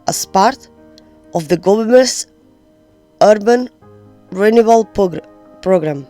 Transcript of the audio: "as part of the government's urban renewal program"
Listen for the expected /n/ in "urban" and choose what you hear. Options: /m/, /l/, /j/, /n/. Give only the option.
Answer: /n/